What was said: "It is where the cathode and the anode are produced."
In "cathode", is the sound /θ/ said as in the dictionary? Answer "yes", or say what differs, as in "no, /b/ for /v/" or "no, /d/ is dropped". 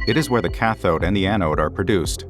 yes